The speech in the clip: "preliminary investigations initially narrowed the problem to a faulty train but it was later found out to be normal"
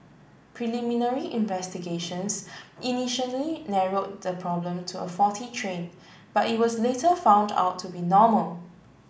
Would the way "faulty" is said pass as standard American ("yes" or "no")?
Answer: no